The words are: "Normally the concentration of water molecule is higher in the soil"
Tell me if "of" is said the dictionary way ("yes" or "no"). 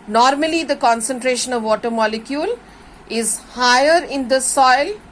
yes